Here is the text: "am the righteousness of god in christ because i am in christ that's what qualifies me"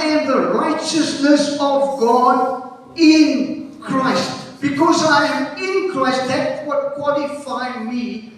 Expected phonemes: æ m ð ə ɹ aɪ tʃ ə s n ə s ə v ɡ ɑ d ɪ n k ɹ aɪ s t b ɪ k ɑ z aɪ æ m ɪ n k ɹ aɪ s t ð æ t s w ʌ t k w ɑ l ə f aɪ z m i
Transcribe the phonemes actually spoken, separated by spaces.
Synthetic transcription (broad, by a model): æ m ð ə ɹ aɪ tʃ ə s n ə s ə v ɡ ɑ d ɪ n k ɹ aɪ s t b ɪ k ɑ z aɪ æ m ɪ n k ɹ aɪ s t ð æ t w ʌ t k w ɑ l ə f aɪ m i